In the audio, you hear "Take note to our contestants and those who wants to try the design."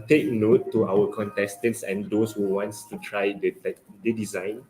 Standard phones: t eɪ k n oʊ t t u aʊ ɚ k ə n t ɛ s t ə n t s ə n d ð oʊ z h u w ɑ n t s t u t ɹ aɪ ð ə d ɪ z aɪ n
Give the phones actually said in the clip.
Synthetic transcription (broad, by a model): t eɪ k n oʊ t t u aʊ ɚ k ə n t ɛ s t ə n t s ə n d oʊ s h u w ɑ n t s t u t ɹ aɪ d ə d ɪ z aɪ n